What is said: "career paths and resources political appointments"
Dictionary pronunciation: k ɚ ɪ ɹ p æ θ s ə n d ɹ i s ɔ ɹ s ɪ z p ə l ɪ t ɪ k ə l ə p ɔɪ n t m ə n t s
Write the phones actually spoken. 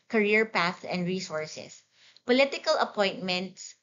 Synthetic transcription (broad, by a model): k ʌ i ɹ p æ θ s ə n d ɹ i s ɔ ɹ s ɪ s p ə l ɪ t ɪ k ə l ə p ɔɪ n t m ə n t s